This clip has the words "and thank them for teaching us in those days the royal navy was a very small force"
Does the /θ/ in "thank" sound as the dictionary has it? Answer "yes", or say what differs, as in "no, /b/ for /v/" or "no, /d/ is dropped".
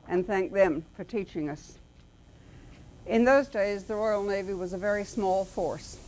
yes